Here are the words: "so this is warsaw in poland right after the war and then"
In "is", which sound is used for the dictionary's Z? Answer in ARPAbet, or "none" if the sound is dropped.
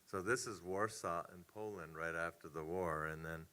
Z